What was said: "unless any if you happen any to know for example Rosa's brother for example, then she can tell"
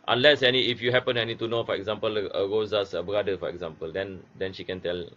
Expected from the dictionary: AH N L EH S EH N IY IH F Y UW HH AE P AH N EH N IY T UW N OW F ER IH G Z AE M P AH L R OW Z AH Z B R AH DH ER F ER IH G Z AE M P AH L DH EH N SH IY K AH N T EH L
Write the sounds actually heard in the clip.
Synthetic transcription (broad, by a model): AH N L EH S EH N IY IH F Y UW HH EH P AH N EH N IY T UW N OW F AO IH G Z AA M P AH L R OW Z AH S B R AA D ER F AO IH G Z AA M P AH L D EH N SH IY K AH N T EH L